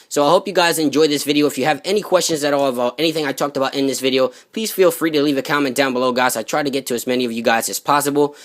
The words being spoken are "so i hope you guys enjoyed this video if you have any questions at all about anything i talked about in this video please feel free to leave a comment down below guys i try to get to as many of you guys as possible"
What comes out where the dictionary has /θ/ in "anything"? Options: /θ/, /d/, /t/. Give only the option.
/θ/